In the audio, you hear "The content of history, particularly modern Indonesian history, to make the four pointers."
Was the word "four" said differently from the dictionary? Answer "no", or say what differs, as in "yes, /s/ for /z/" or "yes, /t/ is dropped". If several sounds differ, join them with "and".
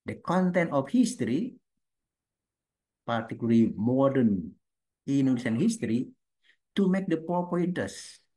yes, /p/ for /f/